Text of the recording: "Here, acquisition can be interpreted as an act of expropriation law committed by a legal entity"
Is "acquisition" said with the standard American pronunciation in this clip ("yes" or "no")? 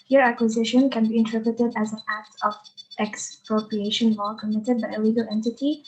yes